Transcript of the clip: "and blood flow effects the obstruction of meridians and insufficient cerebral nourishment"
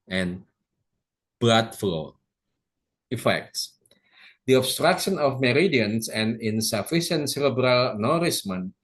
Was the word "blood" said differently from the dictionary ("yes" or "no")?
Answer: yes